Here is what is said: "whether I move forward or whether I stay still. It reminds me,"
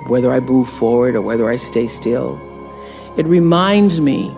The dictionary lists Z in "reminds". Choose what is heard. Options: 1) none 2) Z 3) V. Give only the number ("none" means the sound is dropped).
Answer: 2